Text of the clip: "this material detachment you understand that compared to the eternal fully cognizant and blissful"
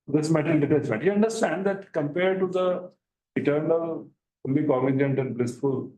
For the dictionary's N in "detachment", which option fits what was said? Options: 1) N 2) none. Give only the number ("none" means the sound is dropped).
2